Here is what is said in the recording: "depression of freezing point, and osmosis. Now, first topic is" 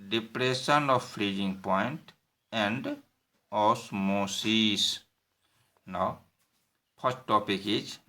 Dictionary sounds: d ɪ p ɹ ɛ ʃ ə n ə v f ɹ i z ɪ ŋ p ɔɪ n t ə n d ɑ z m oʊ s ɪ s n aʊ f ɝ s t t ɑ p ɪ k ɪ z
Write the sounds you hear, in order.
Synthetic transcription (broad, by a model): d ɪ p ɹ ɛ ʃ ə n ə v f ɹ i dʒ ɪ ŋ p ɔɪ n t ə n d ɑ s m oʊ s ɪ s n aʊ p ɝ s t t ɑ p ɪ k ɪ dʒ